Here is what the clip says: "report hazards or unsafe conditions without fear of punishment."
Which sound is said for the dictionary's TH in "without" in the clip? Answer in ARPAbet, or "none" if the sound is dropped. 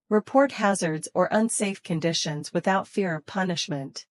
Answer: TH